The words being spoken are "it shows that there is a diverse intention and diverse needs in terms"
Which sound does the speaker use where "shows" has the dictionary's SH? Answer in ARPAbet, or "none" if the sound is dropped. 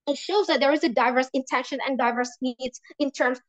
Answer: SH